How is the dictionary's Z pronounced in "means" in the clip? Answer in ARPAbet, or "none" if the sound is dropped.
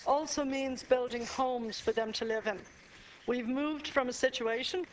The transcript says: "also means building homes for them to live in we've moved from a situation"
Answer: Z